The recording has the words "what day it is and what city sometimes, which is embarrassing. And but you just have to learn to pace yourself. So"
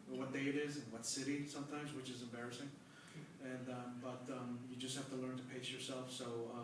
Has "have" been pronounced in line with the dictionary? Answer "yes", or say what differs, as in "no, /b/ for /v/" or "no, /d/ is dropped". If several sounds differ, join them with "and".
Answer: no, /f/ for /v/